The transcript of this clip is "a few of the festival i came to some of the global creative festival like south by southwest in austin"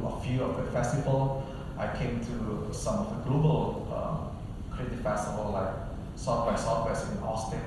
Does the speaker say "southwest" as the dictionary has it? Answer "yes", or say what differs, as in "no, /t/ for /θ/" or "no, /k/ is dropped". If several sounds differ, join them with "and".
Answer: no, /f/ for /θ/ and /t/ is dropped